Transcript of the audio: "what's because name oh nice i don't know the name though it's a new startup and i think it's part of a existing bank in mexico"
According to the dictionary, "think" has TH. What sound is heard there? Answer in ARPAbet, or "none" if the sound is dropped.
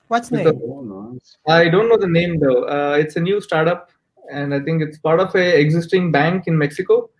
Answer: T